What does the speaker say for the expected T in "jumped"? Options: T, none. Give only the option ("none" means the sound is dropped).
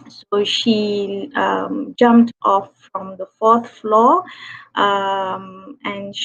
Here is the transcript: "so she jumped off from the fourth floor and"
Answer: T